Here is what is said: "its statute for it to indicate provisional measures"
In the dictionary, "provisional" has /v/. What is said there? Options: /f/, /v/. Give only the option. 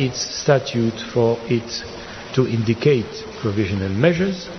/v/